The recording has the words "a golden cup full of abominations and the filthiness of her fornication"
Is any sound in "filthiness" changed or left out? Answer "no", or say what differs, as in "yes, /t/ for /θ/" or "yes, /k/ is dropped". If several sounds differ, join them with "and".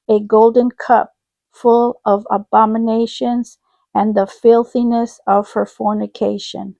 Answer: no